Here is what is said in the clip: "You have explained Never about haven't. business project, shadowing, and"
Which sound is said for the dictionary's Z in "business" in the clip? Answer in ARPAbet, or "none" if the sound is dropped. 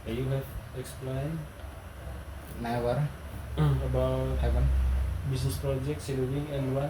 S